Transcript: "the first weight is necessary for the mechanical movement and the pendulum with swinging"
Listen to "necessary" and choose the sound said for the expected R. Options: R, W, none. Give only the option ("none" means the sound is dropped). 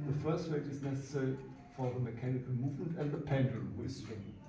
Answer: R